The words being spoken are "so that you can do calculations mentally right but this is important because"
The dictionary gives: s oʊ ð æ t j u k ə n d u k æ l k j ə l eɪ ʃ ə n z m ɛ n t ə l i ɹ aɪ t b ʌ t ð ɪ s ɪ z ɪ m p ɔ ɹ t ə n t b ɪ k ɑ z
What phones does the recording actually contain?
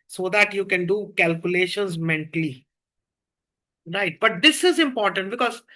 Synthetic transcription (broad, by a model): s oʊ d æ t j u k ə n d u k æ l k j ə l eɪ ʃ ə n z m ɛ n t ə l i ɹ aɪ t b ʌ t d ɪ s ɪ z ɪ m p ɔ ɹ t ə n t b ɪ k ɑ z